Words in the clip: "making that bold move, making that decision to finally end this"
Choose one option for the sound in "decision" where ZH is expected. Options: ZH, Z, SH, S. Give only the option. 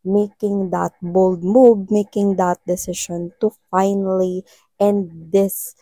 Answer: SH